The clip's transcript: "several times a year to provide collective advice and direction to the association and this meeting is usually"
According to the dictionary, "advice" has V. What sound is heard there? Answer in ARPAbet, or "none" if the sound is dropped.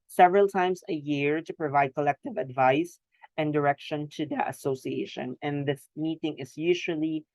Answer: V